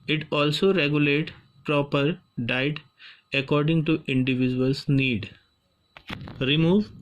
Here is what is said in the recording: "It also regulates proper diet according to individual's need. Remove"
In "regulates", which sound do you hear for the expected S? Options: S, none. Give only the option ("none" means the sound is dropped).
none